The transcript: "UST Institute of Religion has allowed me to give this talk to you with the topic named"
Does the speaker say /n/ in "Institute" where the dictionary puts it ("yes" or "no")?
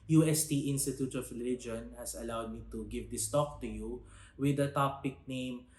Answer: yes